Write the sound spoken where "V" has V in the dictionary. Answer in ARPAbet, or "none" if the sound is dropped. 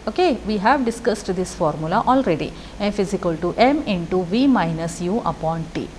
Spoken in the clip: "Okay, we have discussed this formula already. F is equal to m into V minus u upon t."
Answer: V